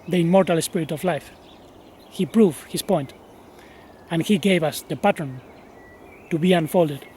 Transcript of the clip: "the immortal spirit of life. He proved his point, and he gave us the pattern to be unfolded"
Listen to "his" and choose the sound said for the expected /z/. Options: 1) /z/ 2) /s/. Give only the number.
2